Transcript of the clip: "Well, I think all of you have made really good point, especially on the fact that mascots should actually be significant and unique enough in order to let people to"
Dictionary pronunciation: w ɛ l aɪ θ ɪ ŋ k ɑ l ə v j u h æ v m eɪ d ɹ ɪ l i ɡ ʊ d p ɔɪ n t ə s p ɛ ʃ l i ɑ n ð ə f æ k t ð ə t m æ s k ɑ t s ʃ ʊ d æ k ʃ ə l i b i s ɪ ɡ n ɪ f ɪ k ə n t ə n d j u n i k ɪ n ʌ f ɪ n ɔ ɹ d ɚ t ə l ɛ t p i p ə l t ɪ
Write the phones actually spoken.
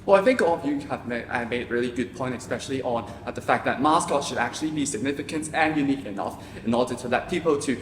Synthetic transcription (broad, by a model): w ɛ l aɪ θ ɪ ŋ k ɑ l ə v j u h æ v m eɪ d ɹ ɪ l i ɡ ʊ d p ɔɪ n t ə s p ɛ ʃ l i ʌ n ð ə f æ k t ð ə t m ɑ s k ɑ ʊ ʃ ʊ d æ k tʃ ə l i b i s ɪ ɡ n ɪ f ɪ k ə n t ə n j u n i k ɪ n ʌ f ɪ n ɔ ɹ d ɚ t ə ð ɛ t p i p l t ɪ